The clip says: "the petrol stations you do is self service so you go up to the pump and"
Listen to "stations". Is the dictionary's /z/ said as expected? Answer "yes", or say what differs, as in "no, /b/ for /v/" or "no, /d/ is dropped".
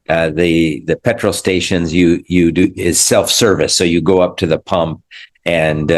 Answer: yes